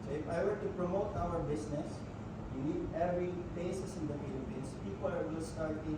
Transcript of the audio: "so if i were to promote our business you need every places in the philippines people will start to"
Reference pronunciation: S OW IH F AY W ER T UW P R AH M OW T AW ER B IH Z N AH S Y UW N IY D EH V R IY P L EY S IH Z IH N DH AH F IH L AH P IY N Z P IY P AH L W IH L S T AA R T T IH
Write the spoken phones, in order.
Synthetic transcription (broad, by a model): S OW IH F AY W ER T UW P R AH M OW T AW ER B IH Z N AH S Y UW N IY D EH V R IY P EY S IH S IH N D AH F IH L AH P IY N S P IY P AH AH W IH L S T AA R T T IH